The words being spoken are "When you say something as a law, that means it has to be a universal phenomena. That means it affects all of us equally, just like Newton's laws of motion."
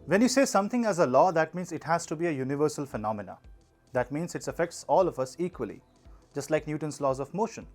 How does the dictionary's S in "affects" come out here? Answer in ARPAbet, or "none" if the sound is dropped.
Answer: S